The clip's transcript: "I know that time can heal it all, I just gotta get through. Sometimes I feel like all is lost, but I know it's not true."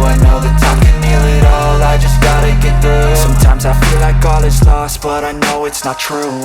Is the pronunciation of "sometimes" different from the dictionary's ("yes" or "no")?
no